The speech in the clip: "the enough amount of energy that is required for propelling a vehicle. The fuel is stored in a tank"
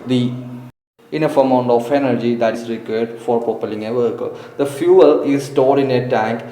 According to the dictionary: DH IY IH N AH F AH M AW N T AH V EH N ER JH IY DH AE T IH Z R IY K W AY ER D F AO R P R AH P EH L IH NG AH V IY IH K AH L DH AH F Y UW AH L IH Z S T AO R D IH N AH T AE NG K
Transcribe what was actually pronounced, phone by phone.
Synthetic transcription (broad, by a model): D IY IH N AH F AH M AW N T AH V EH N ER JH IY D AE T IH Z R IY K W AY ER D F AO R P AH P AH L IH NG AH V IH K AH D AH F Y UW AH L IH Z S T AO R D IH N AH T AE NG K